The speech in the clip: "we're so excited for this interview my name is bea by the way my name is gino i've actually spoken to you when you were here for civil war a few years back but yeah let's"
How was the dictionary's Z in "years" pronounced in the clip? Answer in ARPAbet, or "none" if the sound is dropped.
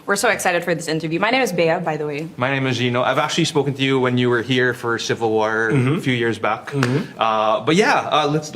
Z